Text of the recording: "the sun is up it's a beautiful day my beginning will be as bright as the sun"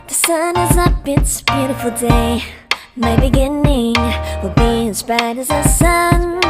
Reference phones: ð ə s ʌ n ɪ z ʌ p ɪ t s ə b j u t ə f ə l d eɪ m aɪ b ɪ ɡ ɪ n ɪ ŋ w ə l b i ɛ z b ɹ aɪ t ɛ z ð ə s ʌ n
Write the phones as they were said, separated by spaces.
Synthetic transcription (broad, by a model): ð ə s ʌ n ɪ z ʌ b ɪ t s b j u t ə f l d eɪ m aɪ b ɪ ɡ ɪ n ɪ ŋ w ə b i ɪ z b aɪ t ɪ z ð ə s ʌ n